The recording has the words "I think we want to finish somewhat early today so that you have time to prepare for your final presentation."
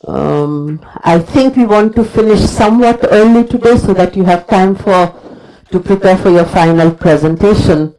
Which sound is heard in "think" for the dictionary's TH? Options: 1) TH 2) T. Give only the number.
2